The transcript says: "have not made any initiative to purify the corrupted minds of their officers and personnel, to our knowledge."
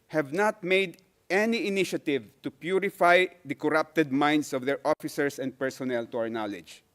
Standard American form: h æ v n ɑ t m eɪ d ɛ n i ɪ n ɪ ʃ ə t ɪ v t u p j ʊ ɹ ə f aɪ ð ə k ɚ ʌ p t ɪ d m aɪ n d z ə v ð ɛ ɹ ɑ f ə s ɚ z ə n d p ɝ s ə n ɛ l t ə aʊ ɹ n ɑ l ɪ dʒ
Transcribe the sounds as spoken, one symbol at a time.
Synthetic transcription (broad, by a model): h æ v n ɑ t m eɪ d ɛ n i ɪ n ɪ ʃ ə t ɪ v t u p j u ɹ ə f aɪ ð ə k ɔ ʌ p t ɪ d m aɪ n d s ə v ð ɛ ɹ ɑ f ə s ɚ s ə n d p ɝ s ə n ɛ l t ə aʊ ɹ n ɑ l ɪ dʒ